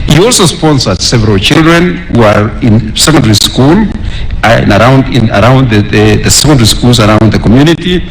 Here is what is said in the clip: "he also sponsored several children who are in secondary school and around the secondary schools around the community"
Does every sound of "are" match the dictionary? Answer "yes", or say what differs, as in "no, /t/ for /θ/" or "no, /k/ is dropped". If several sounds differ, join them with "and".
yes